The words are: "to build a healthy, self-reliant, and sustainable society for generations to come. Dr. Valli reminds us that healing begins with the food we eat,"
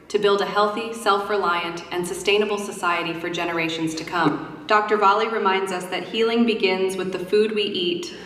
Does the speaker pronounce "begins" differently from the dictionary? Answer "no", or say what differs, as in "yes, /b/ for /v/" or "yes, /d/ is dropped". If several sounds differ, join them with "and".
no